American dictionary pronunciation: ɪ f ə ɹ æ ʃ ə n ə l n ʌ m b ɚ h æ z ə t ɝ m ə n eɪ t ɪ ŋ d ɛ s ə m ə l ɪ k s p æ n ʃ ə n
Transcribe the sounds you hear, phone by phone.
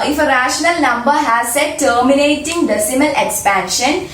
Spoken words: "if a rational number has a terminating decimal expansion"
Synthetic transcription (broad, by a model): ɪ f ə ɹ æ ʃ ə n ə l n ʌ m b ɚ h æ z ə t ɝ m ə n eɪ t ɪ ŋ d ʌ s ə m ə l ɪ k s p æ n ʃ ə n